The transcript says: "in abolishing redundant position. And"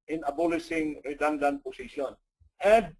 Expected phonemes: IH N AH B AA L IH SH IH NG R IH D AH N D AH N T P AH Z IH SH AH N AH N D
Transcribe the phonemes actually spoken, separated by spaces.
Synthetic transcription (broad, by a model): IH N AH B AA L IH S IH NG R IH D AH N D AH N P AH S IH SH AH N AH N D